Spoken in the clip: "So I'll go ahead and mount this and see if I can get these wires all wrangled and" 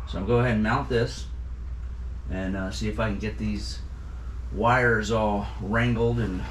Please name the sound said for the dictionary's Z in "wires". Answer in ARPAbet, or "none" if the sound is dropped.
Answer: Z